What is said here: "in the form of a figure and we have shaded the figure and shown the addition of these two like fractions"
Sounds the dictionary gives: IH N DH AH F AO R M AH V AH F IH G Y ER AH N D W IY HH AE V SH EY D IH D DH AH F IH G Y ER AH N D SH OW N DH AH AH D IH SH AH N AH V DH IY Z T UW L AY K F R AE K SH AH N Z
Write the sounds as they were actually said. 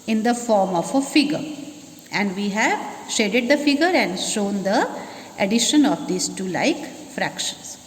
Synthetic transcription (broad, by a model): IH N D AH F AO R M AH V AH F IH G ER AH N D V IY HH AE V SH EY D IH D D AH F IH G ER AH N D SH OW N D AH AH D IH SH AH N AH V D IY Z T UW L AY K F R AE K SH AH N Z